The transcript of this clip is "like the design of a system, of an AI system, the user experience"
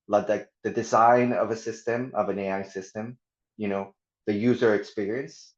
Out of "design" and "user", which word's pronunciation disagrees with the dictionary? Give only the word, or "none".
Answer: none